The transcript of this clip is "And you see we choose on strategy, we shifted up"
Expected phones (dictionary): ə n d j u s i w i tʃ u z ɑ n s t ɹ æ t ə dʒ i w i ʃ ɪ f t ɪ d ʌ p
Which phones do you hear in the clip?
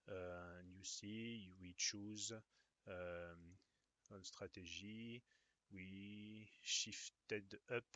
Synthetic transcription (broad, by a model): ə n j u s i w i tʃ u z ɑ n s t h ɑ t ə ʒ i w i ʃ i f t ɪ d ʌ p